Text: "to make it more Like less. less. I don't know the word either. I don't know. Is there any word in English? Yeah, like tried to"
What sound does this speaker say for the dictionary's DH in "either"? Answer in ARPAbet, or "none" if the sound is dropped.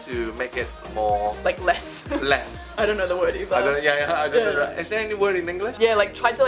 none